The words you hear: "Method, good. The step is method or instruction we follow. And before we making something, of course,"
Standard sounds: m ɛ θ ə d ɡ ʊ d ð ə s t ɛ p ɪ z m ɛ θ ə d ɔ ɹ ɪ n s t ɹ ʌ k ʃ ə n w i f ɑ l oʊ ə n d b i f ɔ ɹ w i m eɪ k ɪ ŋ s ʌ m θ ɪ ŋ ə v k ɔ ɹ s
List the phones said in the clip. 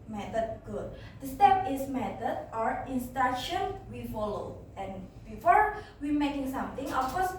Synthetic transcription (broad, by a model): m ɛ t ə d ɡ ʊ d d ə s t ɛ p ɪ s m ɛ t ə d ɔ ɹ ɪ n s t ɑ ʃ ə n w i f ɑ l oʊ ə n b i f ɔ ɹ w i m eɪ k ɪ ŋ s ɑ m t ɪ ŋ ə f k ɔ s